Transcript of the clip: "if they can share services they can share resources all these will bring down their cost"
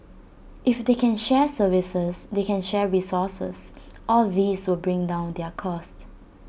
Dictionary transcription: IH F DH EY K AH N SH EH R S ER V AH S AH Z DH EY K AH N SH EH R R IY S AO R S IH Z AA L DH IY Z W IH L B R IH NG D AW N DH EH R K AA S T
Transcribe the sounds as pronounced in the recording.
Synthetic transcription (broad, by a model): IH F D EY K AH N SH EH S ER V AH S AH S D EY K AH N SH EH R R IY S AO S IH S AA L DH IY S W IH L B R IH NG D AW N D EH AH K AA S T